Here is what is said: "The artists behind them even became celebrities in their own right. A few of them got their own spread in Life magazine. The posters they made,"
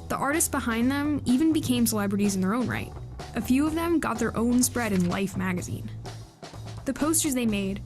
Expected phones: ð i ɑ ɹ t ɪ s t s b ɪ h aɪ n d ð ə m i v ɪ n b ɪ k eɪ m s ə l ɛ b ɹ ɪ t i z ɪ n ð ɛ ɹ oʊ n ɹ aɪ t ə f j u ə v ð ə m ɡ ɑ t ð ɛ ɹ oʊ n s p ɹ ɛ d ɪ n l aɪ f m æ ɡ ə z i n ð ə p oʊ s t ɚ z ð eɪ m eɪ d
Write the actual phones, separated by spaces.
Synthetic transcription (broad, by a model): ð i ɑ ɹ t ɪ s t s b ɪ h aɪ n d ð ə m i v ɪ n b ɪ k eɪ m s ə l ɛ b ɹ ɪ t i z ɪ n ð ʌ ɹ oʊ n ɹ aɪ t ə f j u ə v ð ə m ɡ ɑ t ð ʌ ɹ oʊ n s p ɹ ɛ d ɪ n l aɪ f m æ ɡ ə z i n ð ə p oʊ s t ɚ z ð eɪ m eɪ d